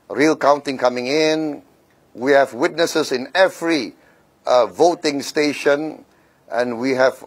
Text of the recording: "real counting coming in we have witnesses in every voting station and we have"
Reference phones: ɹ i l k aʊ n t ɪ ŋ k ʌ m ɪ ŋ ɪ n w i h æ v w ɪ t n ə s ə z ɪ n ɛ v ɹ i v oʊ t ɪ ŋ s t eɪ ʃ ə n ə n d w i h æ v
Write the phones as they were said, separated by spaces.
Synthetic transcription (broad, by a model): ɹ i l k aʊ n t ɪ ŋ k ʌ m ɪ ŋ ɪ n w i h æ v w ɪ t n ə s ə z ɪ n ɛ v ɹ i v oʊ t ɪ ŋ s t eɪ ʃ ə n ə n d w i h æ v